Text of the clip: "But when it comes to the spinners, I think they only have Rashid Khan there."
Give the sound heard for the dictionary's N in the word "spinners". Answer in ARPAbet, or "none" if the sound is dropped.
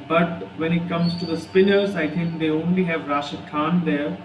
L